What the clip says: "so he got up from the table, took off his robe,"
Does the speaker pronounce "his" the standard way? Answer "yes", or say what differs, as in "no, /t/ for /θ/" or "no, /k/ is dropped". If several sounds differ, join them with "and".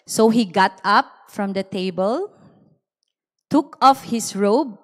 no, /s/ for /z/